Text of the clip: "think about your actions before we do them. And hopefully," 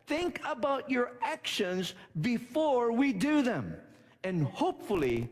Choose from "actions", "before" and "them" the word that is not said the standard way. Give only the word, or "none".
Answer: none